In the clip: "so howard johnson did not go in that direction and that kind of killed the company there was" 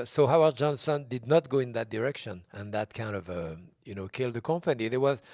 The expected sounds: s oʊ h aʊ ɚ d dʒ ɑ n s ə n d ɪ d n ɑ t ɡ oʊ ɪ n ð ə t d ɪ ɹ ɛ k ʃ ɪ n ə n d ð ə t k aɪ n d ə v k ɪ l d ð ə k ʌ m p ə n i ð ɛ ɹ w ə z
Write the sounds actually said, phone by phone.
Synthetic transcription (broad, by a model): s oʊ h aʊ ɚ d dʒ ɑ n s ə n d ɪ d n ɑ t ɡ oʊ ɪ n ð ə t d ɪ ɹ ɛ k ʃ ɪ n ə n ð ə t k aɪ n d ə v k ɪ l d ð ə k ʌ m p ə n i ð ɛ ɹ w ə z